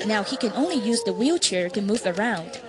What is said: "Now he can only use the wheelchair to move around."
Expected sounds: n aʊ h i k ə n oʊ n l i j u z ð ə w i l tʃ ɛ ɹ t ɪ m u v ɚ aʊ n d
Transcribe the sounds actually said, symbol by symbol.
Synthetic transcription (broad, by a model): n aʊ h i k ə n oʊ n l i j u z ð ə w i l tʃ ɛ ɹ t ɪ m u v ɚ aʊ n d